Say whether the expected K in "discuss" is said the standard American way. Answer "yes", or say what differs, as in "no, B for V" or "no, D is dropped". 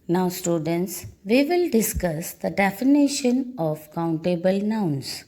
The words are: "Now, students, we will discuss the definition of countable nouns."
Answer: yes